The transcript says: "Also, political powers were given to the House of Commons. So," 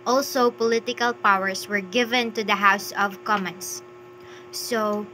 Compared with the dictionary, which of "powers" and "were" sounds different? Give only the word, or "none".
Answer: powers